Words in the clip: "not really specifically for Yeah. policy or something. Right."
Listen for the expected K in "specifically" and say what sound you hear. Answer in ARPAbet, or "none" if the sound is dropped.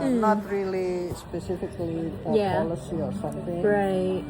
K